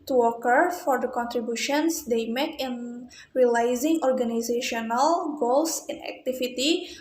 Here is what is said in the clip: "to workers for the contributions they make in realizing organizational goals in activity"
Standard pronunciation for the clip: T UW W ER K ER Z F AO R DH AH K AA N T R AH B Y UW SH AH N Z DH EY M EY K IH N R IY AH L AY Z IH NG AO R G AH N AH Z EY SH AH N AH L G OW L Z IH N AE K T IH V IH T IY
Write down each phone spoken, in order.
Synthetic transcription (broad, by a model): T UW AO K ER F AO R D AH K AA N T R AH B Y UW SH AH N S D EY M EY K IH N R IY L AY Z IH NG AO R G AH N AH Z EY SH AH N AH L G OW L S IH N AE K T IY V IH T IY